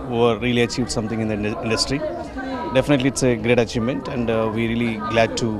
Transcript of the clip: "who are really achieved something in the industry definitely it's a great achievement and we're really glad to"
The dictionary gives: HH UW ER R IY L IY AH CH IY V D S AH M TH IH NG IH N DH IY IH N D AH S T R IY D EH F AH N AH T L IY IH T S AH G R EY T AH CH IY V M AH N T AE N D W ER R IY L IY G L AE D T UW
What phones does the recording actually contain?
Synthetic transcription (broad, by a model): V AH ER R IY L IY AH CH IY V D S AH M T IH NG IH N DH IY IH N D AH S T R IY D EH F AH N AH T L IY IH T S AH G R EY T AH CH IY V M AH N T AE N D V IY R IY L IY G L AE D T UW